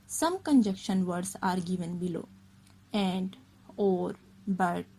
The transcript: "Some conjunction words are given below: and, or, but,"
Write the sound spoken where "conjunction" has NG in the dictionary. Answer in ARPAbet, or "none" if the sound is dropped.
none